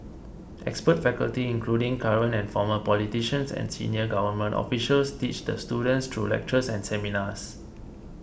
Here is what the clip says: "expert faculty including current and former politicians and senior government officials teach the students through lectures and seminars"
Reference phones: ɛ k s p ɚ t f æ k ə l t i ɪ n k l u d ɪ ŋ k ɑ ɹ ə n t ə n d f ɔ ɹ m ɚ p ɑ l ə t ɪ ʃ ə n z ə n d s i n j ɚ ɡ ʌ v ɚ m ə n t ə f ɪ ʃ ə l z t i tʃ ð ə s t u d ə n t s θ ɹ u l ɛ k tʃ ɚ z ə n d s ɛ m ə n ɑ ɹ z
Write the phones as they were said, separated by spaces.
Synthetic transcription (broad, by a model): ɛ k s p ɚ t f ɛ k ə l t i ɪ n k l u d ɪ ŋ k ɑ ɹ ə n ə n f ɔ m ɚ p ɑ l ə t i ʃ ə n s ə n s i n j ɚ ɡ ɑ v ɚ m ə n t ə f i ʃ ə l s t i tʃ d ə s t u d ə n t s t ɹ u l ɛ k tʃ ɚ s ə n s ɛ m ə n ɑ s